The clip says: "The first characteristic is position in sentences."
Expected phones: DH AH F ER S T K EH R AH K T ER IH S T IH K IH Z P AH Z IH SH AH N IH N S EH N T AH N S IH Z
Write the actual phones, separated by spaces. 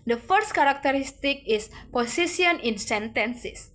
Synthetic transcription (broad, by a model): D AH F ER S T K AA R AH K T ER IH S T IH K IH S P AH S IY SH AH N IH N S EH N T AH N S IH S